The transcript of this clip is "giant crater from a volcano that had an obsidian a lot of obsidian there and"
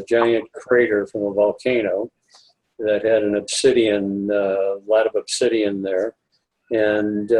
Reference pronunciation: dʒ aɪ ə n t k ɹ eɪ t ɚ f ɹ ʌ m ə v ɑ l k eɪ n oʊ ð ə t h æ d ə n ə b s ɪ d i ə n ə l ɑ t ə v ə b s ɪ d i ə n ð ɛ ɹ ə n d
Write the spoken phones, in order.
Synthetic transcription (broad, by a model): dʒ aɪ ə n k ɹ eɪ t ɚ f ɹ ʌ m ə v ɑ l k eɪ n oʊ ð ə t h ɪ d ə n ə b s ɪ d i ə n l ɑ t ə v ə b s ɪ d i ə n ð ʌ ɹ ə n